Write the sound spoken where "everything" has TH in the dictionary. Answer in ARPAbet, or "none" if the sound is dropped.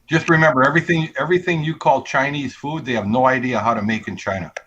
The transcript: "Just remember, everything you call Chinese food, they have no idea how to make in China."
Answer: TH